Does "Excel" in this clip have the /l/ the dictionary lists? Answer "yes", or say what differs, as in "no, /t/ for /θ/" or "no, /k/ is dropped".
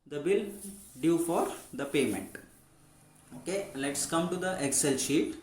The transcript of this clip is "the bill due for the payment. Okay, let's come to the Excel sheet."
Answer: yes